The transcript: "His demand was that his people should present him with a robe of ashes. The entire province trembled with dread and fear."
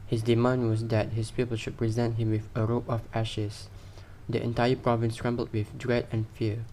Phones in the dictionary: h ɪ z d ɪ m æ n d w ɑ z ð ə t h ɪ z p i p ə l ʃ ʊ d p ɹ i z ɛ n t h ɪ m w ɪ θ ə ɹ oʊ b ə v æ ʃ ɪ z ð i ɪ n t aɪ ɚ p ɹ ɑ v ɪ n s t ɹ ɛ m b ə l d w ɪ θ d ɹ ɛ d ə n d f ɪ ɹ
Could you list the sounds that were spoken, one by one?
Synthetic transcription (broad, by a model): h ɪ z d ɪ m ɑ n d w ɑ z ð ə t h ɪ s p i p ə l ʃ ʊ d p ɹ i z ɛ n t h ɪ m w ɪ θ ə ɹ oʊ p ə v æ ʃ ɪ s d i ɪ n t aɪ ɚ p ɹ ɑ v ɪ n s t ɹ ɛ m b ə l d w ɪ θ d ɹ ɛ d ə n f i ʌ